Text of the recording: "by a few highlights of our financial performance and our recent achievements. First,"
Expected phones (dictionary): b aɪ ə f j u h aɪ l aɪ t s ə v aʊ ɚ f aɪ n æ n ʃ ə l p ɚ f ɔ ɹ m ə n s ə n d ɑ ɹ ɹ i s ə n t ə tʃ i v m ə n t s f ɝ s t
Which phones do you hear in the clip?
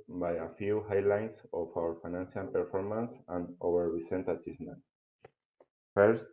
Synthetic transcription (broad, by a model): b aɪ ə f j u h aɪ l aɪ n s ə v aʊ ɚ f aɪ n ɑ n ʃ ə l p ɚ f ɔ ɹ m ə n s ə n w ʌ ɹ ɹ i s ə n t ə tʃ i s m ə n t f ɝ s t